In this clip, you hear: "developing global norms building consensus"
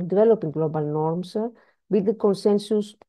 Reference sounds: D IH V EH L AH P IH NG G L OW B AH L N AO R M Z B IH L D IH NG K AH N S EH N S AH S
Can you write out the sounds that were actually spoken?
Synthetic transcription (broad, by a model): D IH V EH L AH P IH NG G L OW B AH L N AO R M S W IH D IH K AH N S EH N S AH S